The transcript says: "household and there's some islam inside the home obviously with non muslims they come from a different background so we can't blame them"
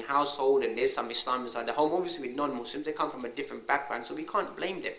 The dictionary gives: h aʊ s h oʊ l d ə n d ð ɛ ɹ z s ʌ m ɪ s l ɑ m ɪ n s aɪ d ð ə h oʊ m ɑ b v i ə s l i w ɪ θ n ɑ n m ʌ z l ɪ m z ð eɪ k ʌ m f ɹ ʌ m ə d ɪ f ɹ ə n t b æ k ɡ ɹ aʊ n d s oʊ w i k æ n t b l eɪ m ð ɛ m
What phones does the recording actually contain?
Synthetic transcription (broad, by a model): h aʊ s h oʊ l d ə n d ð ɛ s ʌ m ɪ s l ɑ m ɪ s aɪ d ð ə h oʊ m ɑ v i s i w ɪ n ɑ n m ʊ s l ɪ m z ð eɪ k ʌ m f ɹ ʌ m ə d ɪ f ɹ ə n t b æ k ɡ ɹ aʊ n s oʊ w i k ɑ n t b l eɪ m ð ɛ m